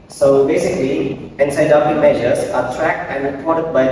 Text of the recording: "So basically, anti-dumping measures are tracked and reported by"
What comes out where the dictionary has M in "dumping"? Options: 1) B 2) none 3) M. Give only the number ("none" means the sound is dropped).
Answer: 2